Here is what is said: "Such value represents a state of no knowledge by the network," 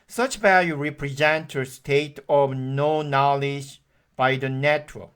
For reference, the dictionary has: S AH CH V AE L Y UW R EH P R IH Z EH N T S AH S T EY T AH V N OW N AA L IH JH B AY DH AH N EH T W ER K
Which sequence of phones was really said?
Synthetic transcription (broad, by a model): S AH CH V AE L Y UW R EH P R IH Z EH N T AH S T EY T AH V N OW N AA L IH JH B AY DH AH N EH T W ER